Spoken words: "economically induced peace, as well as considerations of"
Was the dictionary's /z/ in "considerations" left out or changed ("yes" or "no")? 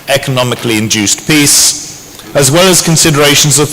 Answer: no